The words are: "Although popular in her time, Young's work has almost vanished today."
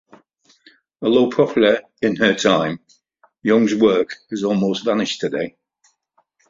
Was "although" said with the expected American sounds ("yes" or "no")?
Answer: no